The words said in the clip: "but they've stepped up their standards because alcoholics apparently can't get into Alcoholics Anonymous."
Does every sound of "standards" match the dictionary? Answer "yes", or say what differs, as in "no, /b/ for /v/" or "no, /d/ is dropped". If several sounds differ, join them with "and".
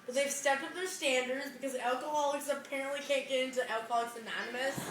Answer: yes